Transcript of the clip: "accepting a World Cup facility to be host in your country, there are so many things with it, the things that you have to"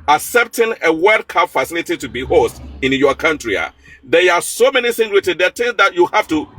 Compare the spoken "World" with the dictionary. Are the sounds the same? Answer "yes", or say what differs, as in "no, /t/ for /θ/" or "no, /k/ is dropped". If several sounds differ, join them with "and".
no, /l/ is dropped